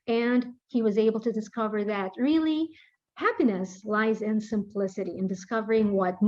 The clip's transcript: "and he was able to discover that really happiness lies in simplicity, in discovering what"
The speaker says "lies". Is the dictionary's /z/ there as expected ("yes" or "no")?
yes